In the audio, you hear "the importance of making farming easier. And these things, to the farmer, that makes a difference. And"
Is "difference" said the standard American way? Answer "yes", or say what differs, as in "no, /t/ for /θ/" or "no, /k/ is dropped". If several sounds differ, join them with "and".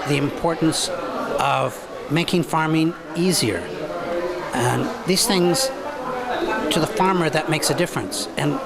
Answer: yes